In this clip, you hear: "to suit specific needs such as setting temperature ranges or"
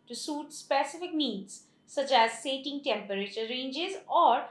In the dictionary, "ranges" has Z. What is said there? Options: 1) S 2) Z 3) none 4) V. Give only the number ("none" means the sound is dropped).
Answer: 2